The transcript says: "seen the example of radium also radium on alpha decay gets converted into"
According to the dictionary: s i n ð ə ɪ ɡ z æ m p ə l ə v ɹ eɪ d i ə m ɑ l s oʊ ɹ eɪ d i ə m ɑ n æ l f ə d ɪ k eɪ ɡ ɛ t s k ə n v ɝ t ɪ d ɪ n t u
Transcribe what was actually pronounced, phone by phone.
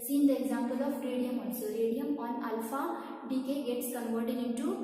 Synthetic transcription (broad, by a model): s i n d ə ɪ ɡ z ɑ m p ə l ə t ɹ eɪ d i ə m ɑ n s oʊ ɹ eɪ d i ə m ɑ n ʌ l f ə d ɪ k eɪ ɡ ɛ t s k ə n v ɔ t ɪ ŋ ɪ n t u